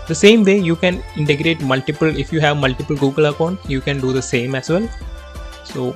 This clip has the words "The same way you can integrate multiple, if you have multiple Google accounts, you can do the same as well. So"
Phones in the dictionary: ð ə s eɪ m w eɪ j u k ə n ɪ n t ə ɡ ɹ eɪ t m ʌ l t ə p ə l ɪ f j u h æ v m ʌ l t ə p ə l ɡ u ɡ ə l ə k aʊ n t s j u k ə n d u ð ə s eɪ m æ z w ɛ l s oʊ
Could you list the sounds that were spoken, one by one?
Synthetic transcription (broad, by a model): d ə s eɪ m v eɪ j u k ə n ɪ n t ə ɡ ɹ eɪ t m ʌ l t ə p ə l ɪ f j u h æ v m ʌ l t ə p ə l ɡ u ɡ ə l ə k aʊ n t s j u k ə n d u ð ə s eɪ m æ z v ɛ l s oʊ